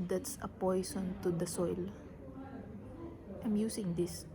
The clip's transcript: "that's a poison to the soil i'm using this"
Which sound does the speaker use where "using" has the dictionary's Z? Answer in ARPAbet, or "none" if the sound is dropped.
S